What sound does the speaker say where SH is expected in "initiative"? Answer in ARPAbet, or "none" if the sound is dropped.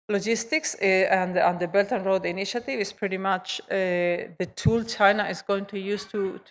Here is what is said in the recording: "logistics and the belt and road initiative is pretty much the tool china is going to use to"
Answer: SH